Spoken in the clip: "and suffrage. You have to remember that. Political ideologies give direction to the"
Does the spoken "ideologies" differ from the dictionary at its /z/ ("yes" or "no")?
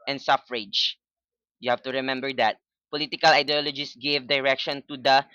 yes